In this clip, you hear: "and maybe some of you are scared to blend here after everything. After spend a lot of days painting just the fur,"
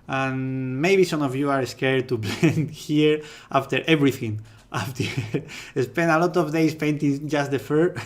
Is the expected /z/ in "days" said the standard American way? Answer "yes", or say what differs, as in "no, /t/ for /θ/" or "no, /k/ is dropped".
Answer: no, /s/ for /z/